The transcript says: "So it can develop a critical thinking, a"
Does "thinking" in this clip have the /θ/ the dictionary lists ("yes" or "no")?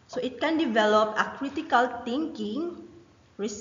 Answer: no